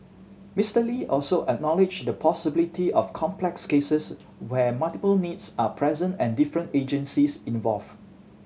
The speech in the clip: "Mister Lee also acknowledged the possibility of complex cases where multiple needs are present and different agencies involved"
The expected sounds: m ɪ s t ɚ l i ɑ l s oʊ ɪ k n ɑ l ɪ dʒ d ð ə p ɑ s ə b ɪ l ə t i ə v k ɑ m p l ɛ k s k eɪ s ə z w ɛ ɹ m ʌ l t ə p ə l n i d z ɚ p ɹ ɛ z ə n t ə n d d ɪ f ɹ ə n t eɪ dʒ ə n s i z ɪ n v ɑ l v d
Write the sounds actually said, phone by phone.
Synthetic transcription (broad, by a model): m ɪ s t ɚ l i ɑ l s oʊ ɪ k n ɑ l ɪ dʒ d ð ə p ɑ s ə b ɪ l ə t i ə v k ɑ m p l ɛ k s k eɪ s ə s w ɛ m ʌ l t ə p ə l n i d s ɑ p ɹ ɛ z ə n t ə n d d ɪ f ɹ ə n t eɪ dʒ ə n s i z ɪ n v ɑ l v